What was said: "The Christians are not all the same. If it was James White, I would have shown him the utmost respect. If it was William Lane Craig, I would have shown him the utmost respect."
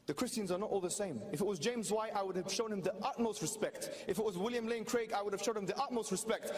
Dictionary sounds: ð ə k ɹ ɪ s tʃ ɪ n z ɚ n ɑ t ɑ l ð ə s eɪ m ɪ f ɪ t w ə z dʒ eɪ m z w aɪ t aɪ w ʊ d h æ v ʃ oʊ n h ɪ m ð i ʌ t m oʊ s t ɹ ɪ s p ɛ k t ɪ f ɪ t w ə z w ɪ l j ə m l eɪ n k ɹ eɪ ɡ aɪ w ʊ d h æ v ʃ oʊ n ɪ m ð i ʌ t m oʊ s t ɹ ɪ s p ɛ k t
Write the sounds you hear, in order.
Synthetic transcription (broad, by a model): ð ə k ɹ ɪ s tʃ ɪ n z ɚ n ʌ t ɑ l ð ə s eɪ m ɪ f ɪ t w ə z dʒ eɪ m z w aɪ t aɪ w ʊ d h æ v ʃ oʊ n h ɪ m ð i ʌ t m oʊ s t ɹ ɪ s p ɛ k t ɪ f ɪ t w ə z w ɪ l j ə m l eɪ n k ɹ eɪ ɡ aɪ w ʊ d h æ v ʃ oʊ n ɪ m ð i ʌ t m oʊ s t ɹ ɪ s p ɛ k t